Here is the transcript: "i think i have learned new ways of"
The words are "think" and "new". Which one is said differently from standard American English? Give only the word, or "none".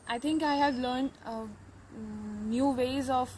think